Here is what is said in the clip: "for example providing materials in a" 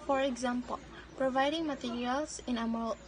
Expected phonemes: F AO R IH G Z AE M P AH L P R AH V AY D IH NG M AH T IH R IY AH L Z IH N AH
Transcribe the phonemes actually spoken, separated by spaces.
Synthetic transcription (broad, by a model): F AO R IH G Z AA M P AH L P R AH V AY D IH NG M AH T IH R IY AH L S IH N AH